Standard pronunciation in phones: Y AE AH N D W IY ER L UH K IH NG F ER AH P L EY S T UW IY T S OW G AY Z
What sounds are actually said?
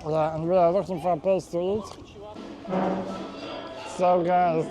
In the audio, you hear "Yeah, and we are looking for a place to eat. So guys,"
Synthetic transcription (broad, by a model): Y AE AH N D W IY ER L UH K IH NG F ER AH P EY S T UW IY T S OW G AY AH